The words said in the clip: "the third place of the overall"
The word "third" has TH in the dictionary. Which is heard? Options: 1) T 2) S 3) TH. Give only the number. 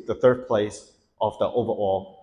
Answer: 3